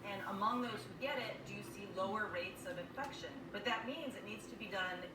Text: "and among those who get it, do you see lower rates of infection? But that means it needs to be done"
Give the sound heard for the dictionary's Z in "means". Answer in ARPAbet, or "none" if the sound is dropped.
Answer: Z